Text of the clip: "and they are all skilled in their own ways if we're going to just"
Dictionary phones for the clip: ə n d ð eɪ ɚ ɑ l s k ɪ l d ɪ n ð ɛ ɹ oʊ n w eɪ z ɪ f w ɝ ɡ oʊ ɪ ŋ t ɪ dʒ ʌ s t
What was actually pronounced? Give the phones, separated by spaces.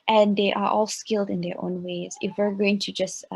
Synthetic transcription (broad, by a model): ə n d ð eɪ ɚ ɑ l s k ɪ l d ɪ n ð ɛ ɹ oʊ n w eɪ z ɪ f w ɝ ɡ oʊ ɪ ŋ t ɪ dʒ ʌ s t